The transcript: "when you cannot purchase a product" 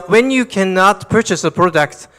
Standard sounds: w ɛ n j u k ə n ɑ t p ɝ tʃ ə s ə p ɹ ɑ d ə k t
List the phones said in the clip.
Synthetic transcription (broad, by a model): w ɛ n j u k ə n ɑ t p ɝ tʃ ə s ə p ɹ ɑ d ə k t